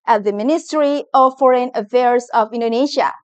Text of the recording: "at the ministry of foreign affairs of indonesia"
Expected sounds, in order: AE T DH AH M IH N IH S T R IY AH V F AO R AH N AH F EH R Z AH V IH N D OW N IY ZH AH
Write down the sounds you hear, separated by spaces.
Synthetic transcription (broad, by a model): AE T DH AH M IH N IH S T R IY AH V F AO R AH N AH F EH R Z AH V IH N D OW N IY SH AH